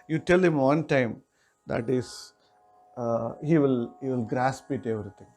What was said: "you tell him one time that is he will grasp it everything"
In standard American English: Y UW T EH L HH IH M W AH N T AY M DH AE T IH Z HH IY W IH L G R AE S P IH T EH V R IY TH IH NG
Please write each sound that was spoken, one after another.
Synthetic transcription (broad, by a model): Y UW T EH L HH IH M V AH N T AY M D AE T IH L HH IY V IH L G R AE S P IH T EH V R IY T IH NG